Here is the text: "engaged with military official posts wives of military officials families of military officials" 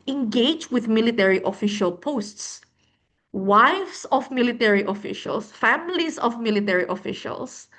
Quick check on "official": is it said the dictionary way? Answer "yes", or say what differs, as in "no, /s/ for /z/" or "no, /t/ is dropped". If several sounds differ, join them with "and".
yes